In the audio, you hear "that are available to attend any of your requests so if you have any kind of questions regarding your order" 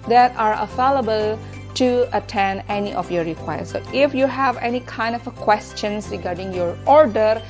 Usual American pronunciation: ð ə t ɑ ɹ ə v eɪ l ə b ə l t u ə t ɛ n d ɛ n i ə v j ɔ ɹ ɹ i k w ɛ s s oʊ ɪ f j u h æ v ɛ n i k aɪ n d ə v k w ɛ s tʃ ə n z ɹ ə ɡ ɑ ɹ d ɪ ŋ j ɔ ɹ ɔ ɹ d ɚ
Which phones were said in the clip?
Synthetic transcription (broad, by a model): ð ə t ɑ ɹ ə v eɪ l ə b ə l t u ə t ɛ n ɛ n i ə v j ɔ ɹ ɹ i k w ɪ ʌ s oʊ ɪ f j u h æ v ɛ n i k aɪ n d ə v k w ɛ s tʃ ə n s ɹ ə ɡ ɑ ɹ d ɪ ŋ j ɔ ɹ ɔ ɹ d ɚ